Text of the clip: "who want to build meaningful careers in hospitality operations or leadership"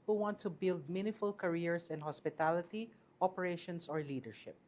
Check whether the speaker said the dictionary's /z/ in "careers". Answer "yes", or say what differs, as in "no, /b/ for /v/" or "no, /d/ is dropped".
no, /s/ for /z/